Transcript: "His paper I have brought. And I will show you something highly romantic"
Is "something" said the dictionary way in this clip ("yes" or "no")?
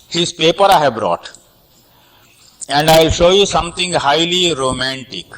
no